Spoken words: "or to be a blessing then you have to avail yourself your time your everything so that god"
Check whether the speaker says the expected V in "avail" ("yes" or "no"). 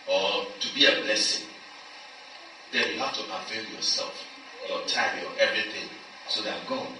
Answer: no